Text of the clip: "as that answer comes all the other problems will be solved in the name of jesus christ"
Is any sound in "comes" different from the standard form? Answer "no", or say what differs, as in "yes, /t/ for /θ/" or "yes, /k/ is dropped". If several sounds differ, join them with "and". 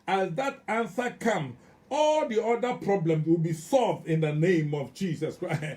yes, /z/ is dropped